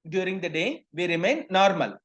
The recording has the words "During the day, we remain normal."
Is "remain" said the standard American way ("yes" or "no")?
yes